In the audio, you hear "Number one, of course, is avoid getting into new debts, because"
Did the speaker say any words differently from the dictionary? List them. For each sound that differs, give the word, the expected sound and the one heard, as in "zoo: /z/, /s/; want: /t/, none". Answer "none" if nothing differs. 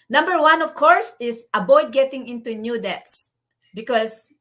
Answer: is: /z/, /s/; avoid: /v/, /b/